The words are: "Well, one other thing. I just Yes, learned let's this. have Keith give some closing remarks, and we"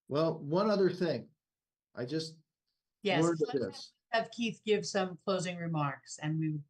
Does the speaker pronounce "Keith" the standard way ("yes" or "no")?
yes